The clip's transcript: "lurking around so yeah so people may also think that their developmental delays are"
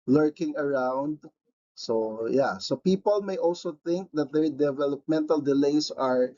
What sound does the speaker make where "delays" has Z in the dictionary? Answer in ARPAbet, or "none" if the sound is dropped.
S